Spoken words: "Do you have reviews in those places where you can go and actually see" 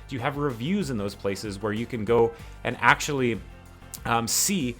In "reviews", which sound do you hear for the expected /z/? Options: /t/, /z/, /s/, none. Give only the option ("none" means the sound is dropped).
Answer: /z/